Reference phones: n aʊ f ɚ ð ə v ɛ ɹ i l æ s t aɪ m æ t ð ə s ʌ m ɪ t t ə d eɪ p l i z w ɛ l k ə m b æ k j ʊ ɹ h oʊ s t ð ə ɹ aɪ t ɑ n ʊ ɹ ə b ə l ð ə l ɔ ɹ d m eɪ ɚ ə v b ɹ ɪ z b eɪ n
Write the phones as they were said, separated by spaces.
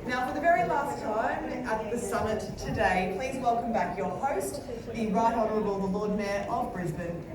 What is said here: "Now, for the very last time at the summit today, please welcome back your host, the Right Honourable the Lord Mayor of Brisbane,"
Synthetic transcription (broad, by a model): n aʊ f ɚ ð ə v ɛ ɹ i l æ s t aɪ m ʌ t ð ə s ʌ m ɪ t t ə d eɪ p l i z w ɛ l k ə m b æ k j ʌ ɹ h oʊ s t ð ə ɹ aɪ t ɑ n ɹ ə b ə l ð ə l ɔ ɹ d m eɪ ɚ ə v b ɹ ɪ z b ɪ n